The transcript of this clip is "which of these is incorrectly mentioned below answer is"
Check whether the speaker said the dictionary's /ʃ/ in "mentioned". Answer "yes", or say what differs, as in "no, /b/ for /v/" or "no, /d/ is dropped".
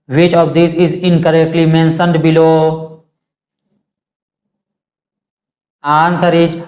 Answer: no, /s/ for /ʃ/